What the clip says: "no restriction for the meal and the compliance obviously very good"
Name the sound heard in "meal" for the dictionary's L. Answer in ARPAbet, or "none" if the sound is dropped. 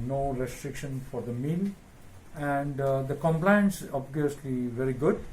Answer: L